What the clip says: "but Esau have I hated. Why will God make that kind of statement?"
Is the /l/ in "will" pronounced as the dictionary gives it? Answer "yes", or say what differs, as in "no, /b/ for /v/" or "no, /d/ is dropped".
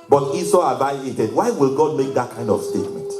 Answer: yes